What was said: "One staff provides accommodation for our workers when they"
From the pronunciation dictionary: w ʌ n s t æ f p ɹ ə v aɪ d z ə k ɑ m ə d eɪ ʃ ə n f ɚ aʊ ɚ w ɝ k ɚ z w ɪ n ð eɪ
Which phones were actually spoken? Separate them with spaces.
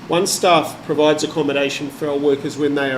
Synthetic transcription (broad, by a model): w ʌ n s t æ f p ɹ ə v aɪ d z ə k ɑ m ə d eɪ ʃ ə n f ɚ aʊ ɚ w ɝ k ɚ z w ɪ n ð eɪ